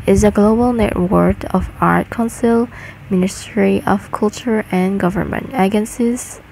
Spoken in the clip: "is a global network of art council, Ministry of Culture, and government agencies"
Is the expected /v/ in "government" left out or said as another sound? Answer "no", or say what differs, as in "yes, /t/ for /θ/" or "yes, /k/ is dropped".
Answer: no